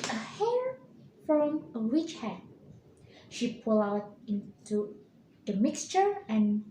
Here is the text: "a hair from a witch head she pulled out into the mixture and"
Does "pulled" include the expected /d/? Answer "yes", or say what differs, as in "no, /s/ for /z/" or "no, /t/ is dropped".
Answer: no, /d/ is dropped